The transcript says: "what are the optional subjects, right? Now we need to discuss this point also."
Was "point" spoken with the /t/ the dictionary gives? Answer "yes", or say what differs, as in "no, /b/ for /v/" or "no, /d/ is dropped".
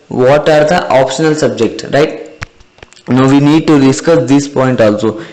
yes